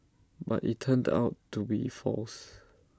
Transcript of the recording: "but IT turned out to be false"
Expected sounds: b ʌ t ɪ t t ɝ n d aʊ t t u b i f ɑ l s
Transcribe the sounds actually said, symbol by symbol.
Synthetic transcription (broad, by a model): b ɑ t ɪ t t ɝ n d aʊ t t u b i f ɑ l s